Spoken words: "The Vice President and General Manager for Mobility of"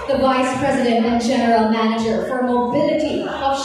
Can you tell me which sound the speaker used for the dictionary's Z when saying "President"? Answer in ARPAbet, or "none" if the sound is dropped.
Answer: Z